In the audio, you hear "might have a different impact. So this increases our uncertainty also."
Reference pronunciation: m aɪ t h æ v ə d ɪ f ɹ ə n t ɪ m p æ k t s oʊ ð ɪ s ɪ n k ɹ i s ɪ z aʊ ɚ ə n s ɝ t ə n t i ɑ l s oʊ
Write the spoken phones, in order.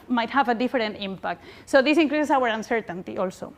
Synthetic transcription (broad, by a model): m aɪ t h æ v ə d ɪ f ɹ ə n t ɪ m p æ k t s oʊ ð ɪ s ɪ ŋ k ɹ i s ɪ s aʊ ɚ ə n s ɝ t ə n t i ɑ l s oʊ